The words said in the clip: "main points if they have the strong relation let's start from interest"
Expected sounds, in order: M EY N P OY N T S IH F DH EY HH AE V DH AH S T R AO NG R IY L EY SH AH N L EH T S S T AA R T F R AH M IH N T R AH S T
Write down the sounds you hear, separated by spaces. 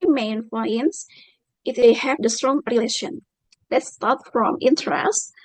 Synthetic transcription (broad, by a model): M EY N F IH N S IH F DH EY HH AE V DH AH S T R AO NG R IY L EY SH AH N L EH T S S T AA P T F R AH M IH N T R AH S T